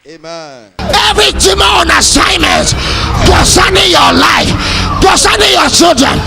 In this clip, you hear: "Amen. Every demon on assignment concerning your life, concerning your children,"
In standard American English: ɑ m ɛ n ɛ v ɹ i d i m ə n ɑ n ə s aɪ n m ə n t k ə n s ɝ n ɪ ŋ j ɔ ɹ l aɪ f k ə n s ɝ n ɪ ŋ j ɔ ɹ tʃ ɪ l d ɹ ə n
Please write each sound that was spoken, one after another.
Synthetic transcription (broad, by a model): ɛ ɛ v ɹ i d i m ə ɑ n ə s aɪ n m ə n t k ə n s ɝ n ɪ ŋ j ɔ l aɪ f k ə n s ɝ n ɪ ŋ j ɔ tʃ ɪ l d ɹ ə n